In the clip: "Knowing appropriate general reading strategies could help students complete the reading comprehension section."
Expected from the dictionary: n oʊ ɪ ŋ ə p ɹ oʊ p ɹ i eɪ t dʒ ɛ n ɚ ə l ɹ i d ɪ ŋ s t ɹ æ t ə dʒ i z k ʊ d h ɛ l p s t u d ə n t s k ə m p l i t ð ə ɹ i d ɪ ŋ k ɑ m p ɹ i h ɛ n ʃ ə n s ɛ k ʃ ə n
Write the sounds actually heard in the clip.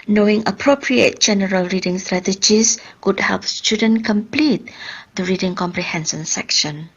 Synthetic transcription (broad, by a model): n oʊ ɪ ŋ ə p ɹ oʊ p ɹ i eɪ t dʒ ɛ n ɚ ə l ɹ i d ɪ ŋ s t ɹ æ t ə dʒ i s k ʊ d h ɛ l p s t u d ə n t k ə m p l i t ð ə ɹ i d ɪ ŋ k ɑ m p ɹ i h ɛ n s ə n s ɛ k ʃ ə n